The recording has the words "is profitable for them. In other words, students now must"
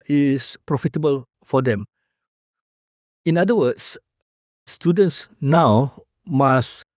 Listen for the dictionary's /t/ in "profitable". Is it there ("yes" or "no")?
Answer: yes